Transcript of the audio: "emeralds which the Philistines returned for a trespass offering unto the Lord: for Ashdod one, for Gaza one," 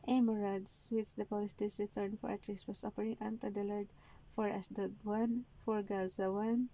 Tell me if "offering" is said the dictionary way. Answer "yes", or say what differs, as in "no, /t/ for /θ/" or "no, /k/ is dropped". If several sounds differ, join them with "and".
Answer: no, /p/ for /f/